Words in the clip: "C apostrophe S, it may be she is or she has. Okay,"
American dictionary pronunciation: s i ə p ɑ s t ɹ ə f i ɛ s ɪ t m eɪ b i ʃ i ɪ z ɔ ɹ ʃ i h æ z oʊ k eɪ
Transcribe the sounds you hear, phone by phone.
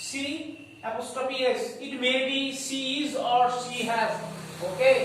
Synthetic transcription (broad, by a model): s i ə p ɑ s t ə p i ɛ s ɪ t m eɪ b i s i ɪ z ɔ ɹ s i h æ z oʊ k eɪ